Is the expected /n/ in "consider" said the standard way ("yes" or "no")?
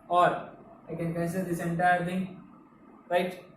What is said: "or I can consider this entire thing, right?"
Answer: no